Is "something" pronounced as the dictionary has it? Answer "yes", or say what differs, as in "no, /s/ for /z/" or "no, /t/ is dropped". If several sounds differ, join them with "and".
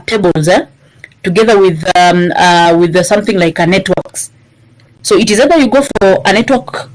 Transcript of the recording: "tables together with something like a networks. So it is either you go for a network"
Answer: yes